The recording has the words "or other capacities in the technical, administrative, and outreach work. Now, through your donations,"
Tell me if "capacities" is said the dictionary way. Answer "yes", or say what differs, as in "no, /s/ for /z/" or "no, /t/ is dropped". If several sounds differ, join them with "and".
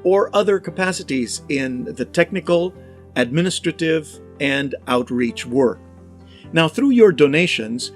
yes